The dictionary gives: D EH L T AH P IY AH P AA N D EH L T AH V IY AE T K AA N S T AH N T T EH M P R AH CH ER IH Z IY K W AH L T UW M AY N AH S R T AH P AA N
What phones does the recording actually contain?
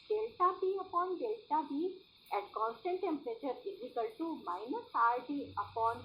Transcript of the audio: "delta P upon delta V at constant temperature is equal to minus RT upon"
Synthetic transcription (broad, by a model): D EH L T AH B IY AH P AA N D EH L T AH B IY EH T K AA N S T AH N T T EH M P R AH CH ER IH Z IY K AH L T UW M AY N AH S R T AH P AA N